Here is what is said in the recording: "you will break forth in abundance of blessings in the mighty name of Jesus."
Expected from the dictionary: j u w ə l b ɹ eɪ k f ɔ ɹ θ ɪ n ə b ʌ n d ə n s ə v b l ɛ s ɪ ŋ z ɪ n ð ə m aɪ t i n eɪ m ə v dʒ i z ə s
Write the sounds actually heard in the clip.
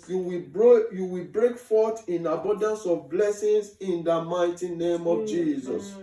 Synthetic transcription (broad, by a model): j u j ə w b ɹ eɪ k f ɔ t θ ɪ n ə b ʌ n d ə n s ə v b l ɛ s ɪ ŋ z ɪ n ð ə m aɪ t i n eɪ m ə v dʒ i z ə s